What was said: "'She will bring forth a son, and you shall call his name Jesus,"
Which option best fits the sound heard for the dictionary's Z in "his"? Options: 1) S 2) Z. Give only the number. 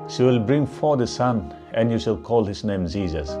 1